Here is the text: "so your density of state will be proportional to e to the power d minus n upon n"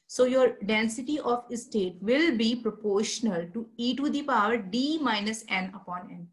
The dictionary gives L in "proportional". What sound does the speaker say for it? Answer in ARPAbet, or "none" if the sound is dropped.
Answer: L